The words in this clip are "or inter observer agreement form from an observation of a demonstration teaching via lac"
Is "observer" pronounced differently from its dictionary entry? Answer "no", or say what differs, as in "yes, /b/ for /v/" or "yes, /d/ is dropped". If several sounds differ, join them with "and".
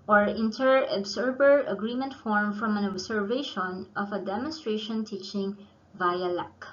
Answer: yes, /b/ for /v/